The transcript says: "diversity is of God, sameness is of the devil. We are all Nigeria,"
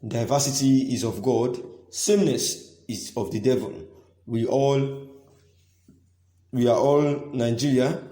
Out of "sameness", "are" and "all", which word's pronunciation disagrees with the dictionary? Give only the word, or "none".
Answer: are